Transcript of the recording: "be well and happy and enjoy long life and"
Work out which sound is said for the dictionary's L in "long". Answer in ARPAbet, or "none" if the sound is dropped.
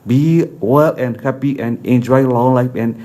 L